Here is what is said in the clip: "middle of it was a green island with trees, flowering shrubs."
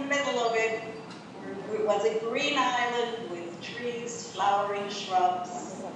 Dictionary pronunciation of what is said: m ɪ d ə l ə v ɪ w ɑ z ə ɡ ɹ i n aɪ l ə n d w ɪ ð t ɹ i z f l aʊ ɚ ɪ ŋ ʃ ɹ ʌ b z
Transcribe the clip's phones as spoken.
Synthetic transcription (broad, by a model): m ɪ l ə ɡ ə w ɪ w ɑ z ə ɡ ɹ i n aɪ l ə n d w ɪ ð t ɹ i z f l aʊ ɚ ɪ ŋ ʃ ɹ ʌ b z